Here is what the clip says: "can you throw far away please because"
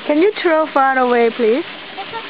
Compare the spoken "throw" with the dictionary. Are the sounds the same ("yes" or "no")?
no